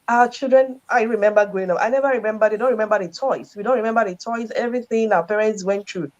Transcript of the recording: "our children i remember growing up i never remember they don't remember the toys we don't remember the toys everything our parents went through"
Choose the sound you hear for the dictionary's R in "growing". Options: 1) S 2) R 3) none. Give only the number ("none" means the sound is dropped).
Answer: 3